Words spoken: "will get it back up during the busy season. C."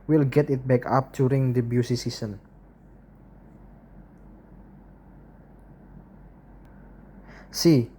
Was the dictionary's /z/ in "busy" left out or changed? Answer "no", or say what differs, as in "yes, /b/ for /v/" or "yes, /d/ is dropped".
yes, /s/ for /z/